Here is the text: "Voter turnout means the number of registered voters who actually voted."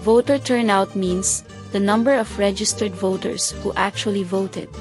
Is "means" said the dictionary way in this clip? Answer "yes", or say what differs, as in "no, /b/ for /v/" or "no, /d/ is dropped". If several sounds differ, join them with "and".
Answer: no, /s/ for /z/